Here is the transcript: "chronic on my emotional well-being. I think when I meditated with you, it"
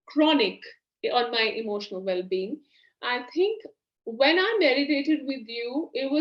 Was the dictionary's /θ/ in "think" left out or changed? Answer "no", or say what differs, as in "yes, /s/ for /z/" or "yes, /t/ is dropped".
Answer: yes, /t/ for /θ/